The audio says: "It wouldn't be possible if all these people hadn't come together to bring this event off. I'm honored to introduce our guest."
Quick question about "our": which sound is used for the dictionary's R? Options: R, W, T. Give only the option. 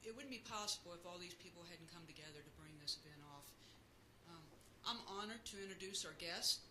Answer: R